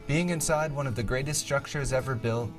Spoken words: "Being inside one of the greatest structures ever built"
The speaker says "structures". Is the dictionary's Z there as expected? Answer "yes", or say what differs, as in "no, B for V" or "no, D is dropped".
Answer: yes